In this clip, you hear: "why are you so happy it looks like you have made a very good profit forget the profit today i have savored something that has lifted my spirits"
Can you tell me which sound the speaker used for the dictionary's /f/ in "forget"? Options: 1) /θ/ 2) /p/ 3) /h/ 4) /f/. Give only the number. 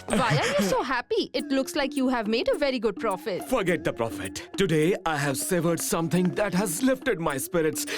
4